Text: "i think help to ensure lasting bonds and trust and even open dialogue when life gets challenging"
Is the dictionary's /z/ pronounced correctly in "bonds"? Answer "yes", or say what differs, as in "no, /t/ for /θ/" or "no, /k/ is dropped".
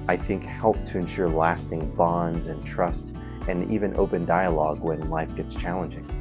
yes